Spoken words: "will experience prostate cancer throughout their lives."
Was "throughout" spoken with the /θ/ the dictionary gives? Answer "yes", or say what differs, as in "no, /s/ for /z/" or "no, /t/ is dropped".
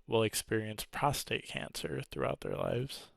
yes